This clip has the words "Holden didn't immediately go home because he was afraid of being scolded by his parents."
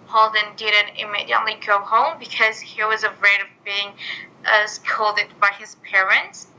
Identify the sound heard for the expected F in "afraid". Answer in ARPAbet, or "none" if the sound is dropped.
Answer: none